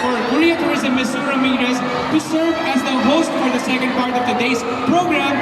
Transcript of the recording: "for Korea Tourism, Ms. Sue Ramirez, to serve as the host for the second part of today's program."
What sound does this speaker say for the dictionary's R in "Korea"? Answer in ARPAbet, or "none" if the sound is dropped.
L